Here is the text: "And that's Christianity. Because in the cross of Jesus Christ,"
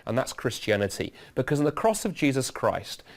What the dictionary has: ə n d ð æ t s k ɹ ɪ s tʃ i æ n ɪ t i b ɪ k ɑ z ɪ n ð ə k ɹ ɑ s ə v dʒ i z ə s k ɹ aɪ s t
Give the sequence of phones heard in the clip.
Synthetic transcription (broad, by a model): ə n ð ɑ t s k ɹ ɪ s tʃ i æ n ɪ t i b ɪ k ɑ z ɪ n ð ə k ɹ ɑ s ə v dʒ i z ə s k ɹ aɪ s t